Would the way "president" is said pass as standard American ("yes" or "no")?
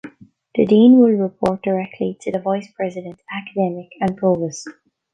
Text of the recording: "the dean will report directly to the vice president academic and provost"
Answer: yes